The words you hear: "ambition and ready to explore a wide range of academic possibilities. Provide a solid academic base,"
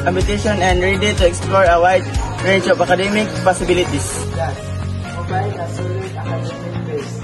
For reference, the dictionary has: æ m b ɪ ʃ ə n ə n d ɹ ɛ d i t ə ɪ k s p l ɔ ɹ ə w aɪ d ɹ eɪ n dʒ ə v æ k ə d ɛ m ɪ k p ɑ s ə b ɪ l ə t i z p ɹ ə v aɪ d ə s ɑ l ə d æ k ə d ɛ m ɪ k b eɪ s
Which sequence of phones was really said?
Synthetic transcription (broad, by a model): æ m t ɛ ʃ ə n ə n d ɹ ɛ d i t ə ɪ k s p l ɔ ɹ ə w aɪ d ɹ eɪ dʒ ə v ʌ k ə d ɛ m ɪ k p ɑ s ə b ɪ l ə t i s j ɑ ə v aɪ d ə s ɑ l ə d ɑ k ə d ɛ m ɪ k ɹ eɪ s